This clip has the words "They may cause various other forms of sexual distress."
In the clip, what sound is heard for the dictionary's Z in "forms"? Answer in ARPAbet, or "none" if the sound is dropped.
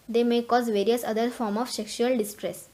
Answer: none